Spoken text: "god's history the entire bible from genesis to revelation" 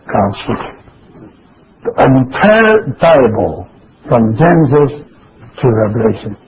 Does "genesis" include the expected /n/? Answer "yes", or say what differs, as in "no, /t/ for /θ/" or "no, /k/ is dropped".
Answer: no, /n/ is dropped